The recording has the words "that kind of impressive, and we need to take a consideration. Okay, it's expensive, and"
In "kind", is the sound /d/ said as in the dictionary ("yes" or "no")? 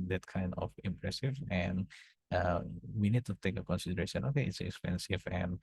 yes